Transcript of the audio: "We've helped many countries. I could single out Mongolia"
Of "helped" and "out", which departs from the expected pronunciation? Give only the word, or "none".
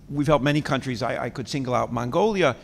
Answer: helped